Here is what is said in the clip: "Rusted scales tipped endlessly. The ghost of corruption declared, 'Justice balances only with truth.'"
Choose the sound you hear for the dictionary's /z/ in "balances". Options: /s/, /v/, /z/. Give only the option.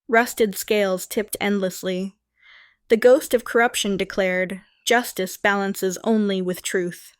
/z/